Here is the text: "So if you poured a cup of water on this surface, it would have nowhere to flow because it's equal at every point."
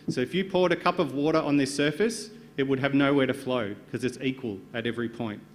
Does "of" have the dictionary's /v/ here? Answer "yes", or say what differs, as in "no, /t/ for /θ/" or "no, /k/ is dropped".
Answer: yes